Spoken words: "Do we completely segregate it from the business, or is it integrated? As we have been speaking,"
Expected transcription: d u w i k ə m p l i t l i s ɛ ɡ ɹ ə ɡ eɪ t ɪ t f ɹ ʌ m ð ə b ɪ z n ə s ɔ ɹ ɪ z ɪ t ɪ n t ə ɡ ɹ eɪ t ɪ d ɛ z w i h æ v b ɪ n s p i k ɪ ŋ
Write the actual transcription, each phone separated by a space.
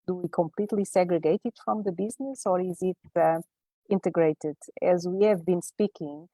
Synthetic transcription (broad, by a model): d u w i k ə m p l i t l i s ɛ ɡ ɹ ə ɡ eɪ t ɪ t f ɹ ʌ m ð ə b ɪ z n ə s ɔ ɹ ɪ z ɪ t ɪ n t ə ɡ ɹ eɪ t ɪ d ɛ z w i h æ v b ɪ n s p i k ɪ ŋ